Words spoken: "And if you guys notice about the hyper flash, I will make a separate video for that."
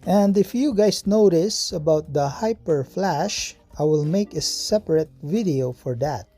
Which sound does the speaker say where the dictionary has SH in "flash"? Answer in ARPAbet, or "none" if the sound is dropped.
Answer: SH